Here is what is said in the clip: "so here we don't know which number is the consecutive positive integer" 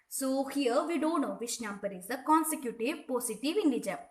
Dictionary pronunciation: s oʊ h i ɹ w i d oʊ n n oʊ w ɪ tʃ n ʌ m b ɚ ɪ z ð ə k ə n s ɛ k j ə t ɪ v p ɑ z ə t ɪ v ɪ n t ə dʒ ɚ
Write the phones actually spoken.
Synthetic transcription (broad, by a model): s oʊ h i ɹ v i d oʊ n n oʊ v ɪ ʃ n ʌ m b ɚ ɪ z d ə k ə n s ɛ k j ə t ɪ v p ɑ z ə t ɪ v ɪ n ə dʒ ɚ